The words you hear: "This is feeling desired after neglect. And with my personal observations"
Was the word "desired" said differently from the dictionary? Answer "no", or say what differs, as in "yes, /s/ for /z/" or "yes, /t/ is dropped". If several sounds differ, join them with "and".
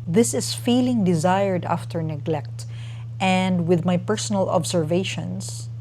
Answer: no